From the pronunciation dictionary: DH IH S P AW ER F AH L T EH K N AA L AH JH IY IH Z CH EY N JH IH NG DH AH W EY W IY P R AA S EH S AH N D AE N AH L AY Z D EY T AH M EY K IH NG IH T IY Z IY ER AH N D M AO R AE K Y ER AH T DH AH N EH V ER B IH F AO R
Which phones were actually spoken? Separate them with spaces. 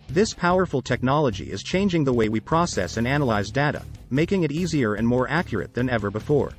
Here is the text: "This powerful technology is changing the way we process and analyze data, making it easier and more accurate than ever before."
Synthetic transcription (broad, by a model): DH IH S P AW ER F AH L T EH K N AA L AH JH IY IH Z CH EY N JH IH NG DH AH W EY W IY P R AA S EH S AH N AE N AH L AY Z D EY T AH M EY K IH NG IH T IY Z IY ER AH N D M AO R AE K Y ER AH T DH AH N EH V ER B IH F AO R